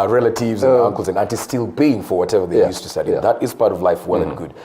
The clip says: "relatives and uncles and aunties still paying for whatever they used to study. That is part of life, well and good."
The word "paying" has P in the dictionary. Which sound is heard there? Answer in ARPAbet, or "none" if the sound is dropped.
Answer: B